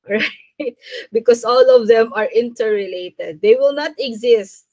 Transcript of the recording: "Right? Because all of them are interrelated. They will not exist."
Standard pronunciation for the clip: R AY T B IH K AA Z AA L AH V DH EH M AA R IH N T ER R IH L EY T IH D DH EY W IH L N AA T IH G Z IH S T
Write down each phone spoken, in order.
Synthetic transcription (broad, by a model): R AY T B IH K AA S AA L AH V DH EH M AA R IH N T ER R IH L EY T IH D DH EY W IH L N AA T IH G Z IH S T